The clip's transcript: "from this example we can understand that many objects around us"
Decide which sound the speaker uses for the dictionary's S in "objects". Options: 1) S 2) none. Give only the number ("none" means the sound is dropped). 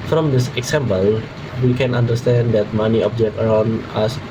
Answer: 2